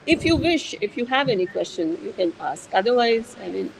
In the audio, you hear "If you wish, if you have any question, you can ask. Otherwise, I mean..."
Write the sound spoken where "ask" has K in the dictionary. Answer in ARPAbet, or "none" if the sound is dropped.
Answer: K